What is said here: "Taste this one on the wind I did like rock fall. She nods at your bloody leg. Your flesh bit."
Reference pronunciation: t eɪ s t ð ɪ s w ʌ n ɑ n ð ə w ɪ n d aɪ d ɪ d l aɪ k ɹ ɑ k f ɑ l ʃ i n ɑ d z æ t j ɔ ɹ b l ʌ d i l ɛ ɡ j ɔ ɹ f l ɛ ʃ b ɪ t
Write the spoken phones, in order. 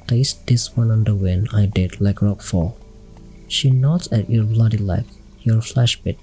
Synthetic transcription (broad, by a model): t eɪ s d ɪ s w ʌ n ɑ n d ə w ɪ n aɪ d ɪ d l aɪ k ɹ ɑ k f ɑ l ʃ i n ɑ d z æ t j ɔ ɹ b l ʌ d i l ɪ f j ɔ ɹ f l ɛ ʃ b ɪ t